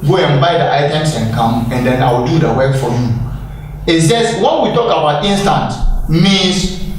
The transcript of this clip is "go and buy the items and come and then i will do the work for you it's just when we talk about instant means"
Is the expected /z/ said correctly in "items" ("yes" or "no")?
no